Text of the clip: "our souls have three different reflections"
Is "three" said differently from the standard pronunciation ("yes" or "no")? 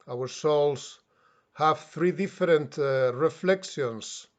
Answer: no